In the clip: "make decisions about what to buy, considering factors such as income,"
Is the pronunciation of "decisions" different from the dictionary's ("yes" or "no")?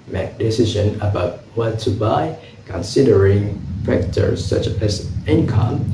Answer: yes